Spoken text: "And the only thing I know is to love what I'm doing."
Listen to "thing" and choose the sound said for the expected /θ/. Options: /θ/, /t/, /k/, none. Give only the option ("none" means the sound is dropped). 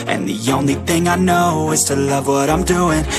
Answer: /θ/